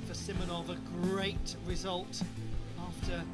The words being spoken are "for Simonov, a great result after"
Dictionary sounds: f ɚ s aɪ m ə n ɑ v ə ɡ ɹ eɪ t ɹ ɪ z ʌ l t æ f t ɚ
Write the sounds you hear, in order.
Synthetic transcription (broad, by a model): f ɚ s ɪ m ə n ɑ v ə ɡ ɹ eɪ t ɹ ɪ z ʌ l t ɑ f t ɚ